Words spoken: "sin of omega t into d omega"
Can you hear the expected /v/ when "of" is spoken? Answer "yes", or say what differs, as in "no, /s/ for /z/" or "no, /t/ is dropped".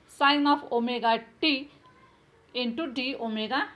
no, /p/ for /v/